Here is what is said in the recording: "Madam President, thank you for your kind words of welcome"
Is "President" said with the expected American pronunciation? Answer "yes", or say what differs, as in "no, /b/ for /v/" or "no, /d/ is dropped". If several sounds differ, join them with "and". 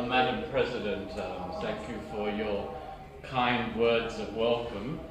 yes